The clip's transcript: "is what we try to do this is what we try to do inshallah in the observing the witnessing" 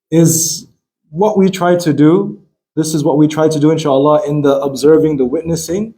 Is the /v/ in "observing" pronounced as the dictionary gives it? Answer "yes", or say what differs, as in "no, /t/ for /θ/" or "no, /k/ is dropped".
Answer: yes